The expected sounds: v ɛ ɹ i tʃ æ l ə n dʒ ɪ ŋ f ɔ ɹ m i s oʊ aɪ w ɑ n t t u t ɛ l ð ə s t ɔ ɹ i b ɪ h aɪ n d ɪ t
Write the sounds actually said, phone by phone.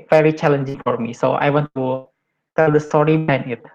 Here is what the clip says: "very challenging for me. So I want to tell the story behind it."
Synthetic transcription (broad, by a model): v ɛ ɹ i tʃ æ l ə n dʒ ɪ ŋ f ɔ ɹ m i s oʊ aɪ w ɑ n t t u t ɛ l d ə s t ɔ ɹ i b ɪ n ɪ t